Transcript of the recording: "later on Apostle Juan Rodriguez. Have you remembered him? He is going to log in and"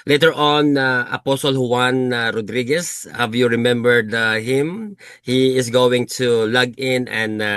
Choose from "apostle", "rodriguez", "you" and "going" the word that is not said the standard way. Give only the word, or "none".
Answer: rodriguez